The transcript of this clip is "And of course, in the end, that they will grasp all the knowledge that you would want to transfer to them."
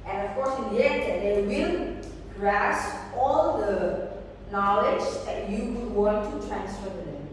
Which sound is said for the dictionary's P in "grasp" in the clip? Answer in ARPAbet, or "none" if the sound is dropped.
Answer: none